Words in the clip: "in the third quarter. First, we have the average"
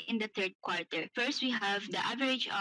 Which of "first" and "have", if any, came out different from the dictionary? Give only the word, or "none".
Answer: none